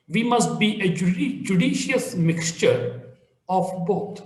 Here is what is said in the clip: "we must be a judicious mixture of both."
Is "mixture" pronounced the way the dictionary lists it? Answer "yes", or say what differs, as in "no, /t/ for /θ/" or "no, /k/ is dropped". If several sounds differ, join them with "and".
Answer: yes